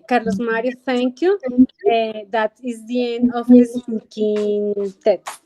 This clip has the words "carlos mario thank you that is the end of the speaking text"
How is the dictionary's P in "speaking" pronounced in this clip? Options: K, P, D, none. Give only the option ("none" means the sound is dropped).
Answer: none